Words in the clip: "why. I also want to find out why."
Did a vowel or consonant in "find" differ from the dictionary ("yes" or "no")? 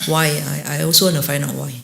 yes